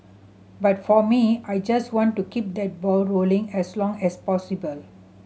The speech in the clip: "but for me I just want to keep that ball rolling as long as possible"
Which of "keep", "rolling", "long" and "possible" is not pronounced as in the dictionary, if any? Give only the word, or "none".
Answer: none